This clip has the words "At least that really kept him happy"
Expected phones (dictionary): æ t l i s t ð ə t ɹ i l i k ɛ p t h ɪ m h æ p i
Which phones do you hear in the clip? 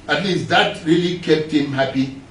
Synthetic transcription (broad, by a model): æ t l i s t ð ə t ɹ i l i k ɛ p t h ɪ m h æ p i